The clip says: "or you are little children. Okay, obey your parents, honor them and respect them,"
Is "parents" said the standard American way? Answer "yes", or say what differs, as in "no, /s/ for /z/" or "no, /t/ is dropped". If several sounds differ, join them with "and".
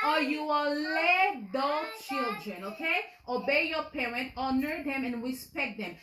no, /s/ is dropped